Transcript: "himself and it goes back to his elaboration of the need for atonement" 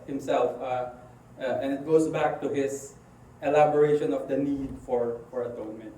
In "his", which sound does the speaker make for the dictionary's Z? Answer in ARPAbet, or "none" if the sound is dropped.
S